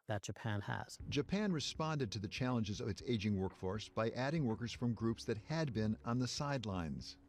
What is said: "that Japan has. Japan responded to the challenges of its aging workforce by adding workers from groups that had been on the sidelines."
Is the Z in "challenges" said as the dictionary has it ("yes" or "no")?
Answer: yes